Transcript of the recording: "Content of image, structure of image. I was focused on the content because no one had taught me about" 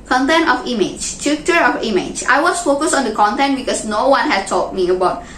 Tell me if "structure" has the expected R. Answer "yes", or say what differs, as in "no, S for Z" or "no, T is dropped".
no, R is dropped